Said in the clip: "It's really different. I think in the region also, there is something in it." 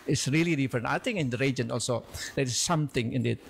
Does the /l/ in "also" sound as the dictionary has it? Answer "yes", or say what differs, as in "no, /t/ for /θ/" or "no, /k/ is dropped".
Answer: yes